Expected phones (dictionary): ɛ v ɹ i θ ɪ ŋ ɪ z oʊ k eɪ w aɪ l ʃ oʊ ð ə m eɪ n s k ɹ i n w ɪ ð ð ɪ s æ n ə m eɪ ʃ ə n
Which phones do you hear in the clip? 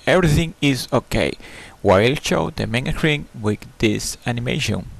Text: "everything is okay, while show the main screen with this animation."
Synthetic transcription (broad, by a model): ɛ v ɹ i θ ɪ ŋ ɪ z oʊ k eɪ w aɪ l ʃ oʊ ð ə m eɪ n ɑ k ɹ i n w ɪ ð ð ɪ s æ n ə m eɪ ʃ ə n